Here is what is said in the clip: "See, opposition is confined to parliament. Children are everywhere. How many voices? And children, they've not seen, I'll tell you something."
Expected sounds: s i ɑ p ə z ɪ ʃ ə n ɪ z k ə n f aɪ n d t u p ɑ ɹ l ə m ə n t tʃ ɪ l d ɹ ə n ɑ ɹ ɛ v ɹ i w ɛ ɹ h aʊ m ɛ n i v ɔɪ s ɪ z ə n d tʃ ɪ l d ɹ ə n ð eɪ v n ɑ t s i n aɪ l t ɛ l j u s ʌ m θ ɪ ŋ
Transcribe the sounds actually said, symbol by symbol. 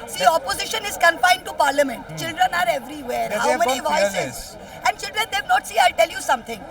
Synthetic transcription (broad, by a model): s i ɑ p ə z ɪ ʃ ə n ɪ z k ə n f aɪ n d t u p ɑ ɹ l ə m ə n t tʃ ɪ l d ɹ ə n ɑ ɹ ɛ v ɹ i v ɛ ɹ h aʊ m ɛ n i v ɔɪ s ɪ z ə n d tʃ ɪ l d ɹ ə n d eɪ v n ɑ t s i aɪ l t ɛ l j u s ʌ m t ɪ ŋ